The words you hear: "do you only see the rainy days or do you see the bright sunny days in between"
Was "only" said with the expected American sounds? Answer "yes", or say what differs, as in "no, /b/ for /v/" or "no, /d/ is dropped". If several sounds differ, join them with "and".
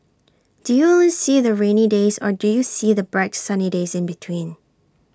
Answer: no, /n/ is dropped